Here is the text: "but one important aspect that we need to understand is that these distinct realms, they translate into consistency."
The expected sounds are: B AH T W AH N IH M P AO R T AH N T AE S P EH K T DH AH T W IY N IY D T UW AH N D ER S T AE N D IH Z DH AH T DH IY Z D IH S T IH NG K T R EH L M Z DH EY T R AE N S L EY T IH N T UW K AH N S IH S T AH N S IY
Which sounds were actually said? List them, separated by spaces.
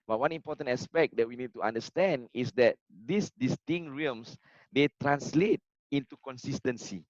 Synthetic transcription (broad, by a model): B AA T W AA N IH M P AO T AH N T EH S P EH K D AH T W IY N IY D T UW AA N D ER S T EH N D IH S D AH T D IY S D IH S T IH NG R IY M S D EY T R AE N S L EY T IH N T UW K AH N S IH S T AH N S IY